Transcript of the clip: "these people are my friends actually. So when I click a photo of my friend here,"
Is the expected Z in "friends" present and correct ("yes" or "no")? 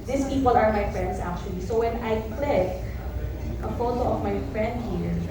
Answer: no